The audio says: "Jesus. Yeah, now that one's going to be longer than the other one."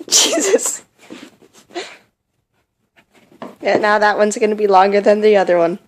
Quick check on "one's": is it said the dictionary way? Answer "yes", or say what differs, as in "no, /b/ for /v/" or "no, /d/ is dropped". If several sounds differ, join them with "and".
yes